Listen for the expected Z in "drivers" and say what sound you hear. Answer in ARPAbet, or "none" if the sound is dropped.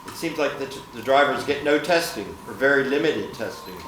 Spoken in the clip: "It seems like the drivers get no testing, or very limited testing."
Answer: Z